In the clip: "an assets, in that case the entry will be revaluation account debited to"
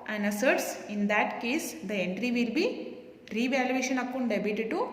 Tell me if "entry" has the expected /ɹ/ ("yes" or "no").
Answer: yes